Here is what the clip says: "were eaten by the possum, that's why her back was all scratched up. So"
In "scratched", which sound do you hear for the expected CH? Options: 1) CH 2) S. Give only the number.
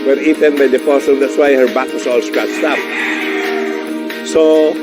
2